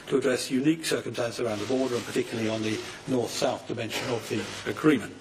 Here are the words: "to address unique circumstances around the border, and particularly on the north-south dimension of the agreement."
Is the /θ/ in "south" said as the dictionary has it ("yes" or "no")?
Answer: yes